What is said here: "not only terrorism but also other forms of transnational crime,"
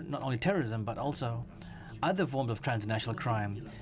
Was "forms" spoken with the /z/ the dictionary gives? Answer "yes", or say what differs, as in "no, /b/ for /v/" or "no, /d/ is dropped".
yes